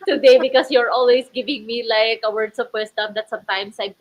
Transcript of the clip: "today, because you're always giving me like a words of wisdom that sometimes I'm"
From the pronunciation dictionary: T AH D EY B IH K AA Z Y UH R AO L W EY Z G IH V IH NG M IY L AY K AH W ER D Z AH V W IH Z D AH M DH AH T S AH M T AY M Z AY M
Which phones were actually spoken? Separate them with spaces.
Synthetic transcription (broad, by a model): T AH D EY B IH K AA S Y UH R AO L W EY S G IH V IH NG M IY L AY K AH W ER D S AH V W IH S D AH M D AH T S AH M T AY M S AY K